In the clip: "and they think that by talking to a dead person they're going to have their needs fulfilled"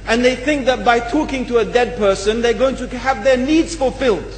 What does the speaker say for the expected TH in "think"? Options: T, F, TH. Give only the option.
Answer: TH